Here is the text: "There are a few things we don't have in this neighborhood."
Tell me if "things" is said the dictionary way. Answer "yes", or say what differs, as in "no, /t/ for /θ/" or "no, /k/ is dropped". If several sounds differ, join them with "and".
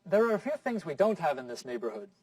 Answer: yes